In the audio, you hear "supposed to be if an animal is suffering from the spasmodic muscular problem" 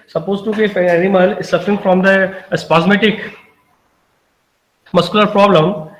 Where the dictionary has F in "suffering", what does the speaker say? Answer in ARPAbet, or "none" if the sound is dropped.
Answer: F